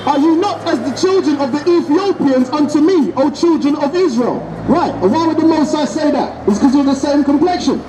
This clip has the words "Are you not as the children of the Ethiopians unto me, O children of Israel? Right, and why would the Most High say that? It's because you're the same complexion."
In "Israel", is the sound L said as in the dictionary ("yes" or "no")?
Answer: yes